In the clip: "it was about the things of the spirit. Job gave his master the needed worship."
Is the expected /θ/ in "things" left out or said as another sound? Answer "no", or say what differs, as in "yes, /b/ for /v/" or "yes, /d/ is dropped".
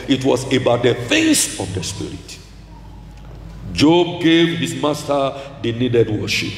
yes, /f/ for /θ/